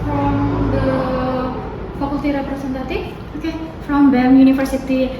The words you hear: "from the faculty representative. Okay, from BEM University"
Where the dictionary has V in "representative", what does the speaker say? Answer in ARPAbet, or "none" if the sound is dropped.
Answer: F